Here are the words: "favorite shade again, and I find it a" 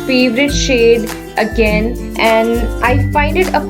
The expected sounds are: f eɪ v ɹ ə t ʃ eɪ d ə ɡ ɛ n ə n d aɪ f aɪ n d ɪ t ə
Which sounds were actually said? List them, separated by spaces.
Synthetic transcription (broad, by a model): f eɪ v ɹ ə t ʃ eɪ d ə ɡ ɛ n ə n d aɪ f aɪ n d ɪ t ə